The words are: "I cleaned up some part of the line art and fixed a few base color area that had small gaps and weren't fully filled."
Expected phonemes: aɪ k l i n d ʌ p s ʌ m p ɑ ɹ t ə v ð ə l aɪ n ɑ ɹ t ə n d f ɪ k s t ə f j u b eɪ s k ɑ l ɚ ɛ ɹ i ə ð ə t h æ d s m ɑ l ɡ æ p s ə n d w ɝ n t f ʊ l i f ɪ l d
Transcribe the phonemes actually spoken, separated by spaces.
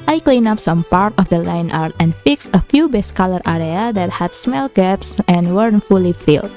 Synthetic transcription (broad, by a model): aɪ k l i n ɑ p s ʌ m p ɑ ɹ t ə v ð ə l aɪ n ɑ ɹ t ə n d f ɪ k s ə f j u b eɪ s k ɑ l ɚ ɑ ɹ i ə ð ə t h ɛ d s m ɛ l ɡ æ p s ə n w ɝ n f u l i f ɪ l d